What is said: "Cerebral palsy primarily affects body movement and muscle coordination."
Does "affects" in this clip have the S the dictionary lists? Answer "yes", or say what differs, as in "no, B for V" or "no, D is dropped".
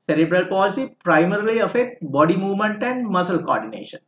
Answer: no, S is dropped